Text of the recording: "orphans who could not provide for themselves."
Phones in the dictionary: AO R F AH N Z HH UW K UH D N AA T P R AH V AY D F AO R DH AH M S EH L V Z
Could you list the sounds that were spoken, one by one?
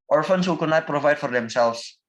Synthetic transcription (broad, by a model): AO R F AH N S HH UW K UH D N AA T P R AH V AY D F AO R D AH M S EH L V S